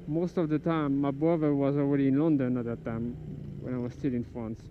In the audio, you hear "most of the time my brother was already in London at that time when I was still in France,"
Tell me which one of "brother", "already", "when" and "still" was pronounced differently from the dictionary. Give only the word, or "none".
brother